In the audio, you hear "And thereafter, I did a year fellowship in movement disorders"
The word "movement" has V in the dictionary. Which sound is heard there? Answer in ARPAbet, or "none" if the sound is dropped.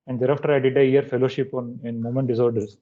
none